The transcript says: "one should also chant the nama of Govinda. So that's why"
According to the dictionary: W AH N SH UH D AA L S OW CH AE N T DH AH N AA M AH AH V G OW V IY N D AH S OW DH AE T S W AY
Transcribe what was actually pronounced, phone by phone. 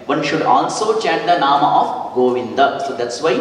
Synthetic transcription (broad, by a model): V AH N SH UH D AA L S OW CH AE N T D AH N AA M AH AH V G OW V IY N D AH S OW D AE T S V AY